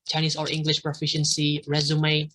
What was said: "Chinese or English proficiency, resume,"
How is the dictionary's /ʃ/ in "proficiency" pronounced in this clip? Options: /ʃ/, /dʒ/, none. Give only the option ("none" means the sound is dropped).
/ʃ/